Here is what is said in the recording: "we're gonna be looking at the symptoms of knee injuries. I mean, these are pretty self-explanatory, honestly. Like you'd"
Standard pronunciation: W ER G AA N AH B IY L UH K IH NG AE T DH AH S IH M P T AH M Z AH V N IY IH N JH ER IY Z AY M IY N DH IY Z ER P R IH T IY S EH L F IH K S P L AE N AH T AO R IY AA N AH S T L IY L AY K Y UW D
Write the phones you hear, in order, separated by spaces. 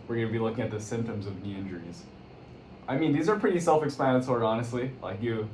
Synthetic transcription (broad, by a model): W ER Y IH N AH B IY L UH K IH NG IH T DH AH S IH M P T AH M Z AH V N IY IH N JH ER IY Z AY M IY N DH IY Z ER P R IH T IY S EH L F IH K S P AE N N S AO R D AA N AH S T L IY L AY K Y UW